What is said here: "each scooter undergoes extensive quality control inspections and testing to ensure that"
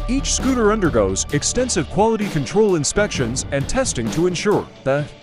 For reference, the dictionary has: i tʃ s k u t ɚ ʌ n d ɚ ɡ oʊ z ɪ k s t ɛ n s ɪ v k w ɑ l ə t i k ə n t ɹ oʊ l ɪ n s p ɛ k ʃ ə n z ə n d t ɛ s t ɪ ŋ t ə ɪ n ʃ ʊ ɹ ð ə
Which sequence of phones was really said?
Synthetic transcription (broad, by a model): i tʃ s k u t ɚ ʌ n d ɚ ɡ oʊ z ɪ k s t ɛ n s ɪ v k w ɑ l ə t i k ə n t ɹ oʊ l ɪ n s p ɛ k ʃ ə n z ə n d t ɛ s t ɪ ŋ t ə ɪ n ʃ ʊ ɹ ð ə